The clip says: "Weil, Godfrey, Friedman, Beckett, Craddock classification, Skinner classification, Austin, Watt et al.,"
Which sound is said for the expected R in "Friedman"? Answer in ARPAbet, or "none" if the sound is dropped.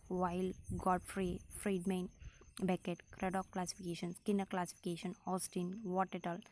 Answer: R